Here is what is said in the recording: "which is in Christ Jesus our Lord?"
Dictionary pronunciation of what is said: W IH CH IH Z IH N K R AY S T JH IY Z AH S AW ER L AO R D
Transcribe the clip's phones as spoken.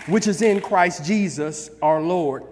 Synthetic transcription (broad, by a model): W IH CH IH Z IH N K R AY S T JH IY Z AH S AW ER L AO R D